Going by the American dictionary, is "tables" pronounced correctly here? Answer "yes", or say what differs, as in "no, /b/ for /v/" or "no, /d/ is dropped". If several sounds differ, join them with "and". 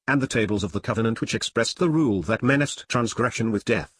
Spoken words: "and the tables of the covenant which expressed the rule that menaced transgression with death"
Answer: yes